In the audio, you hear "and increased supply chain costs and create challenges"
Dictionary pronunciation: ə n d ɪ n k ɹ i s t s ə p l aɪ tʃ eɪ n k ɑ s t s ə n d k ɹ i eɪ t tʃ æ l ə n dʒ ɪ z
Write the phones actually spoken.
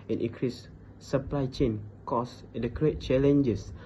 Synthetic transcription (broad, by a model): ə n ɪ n k ɹ i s s ə p l aɪ tʃ eɪ n k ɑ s s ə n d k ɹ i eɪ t tʃ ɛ l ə n dʒ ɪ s